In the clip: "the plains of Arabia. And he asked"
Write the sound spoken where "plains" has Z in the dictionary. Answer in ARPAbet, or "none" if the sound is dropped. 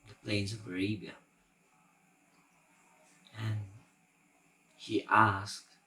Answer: Z